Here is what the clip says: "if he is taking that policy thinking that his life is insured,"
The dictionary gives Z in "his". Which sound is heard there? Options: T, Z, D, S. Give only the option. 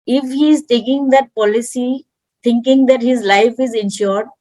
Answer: Z